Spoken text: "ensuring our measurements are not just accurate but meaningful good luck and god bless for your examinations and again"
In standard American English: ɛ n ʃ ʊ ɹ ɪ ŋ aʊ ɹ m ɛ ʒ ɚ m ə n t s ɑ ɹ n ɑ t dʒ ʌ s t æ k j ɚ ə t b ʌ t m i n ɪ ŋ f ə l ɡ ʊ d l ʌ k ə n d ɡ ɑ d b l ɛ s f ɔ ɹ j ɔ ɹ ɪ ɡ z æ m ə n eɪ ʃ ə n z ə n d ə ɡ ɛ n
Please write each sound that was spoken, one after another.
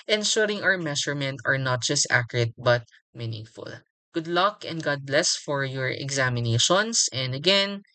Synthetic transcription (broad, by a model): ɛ n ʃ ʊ ɹ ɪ ŋ aʊ ɹ m ɛ ʃ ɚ m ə n t ɑ ɹ n ɑ t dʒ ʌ s t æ k j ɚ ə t b ʌ t m i n ɪ ŋ f ə l ɡ ʊ d l ʌ k ə n d ɡ ɑ d b l ɛ s f ɔ ɹ j ɔ ɹ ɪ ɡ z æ m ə n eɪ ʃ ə n s ə n d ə ɡ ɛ n